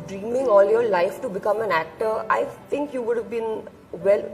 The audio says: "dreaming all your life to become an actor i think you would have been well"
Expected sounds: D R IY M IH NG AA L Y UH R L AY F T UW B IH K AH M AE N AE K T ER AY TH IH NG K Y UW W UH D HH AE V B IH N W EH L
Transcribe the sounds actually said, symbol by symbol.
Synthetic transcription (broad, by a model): D R IY M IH NG AA L Y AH R L AY F T UW B IH K AH M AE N AE K T ER AY T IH NG K Y UW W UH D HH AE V B IH N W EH L